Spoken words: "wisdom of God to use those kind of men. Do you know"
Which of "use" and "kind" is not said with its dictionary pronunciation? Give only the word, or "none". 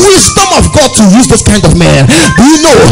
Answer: none